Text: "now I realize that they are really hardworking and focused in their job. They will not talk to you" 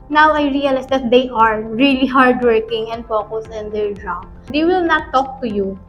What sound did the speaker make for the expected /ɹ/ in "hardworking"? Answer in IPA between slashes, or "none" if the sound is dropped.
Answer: /ɹ/